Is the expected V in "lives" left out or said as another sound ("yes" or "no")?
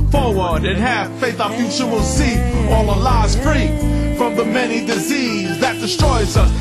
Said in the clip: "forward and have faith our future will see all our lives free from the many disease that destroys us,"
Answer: yes